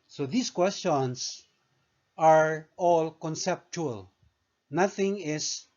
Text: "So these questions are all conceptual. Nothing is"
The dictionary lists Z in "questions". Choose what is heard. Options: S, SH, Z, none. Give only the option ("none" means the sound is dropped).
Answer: S